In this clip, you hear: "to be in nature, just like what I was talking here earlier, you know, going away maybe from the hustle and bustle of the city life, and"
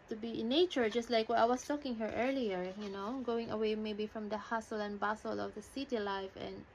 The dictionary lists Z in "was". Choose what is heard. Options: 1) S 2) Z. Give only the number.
1